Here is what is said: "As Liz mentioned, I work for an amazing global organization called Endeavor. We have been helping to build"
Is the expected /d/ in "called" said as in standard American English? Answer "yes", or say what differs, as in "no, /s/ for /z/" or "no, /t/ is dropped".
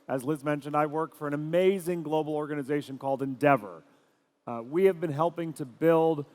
yes